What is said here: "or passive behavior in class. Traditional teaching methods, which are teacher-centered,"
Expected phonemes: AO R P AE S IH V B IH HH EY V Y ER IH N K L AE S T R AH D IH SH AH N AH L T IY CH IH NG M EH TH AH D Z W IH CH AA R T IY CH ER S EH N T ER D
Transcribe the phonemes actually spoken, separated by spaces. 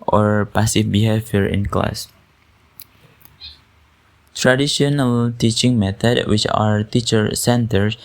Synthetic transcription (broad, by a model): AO R P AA S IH F B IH HH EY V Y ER IH N K L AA S T R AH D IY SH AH N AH L T IY CH IH NG M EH T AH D W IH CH AA R T IY CH ER S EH N T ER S